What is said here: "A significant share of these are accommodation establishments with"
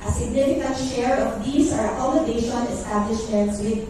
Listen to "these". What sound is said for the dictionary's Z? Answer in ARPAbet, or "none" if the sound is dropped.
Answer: S